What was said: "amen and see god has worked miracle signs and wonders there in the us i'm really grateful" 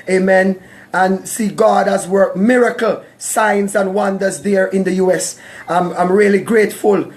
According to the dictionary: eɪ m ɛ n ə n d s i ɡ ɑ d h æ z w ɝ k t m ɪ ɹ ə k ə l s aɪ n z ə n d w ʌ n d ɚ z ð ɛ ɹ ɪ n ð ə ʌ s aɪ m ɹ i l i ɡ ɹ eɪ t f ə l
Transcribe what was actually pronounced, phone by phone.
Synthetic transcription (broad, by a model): eɪ m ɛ n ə n s i ɡ ɑ d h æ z w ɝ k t m ɪ ɹ ə k ə l s aɪ n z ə n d w ʌ n d ɚ z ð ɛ ɹ ɪ n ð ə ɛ s aɪ m ɹ i l i ɡ ɹ eɪ t f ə l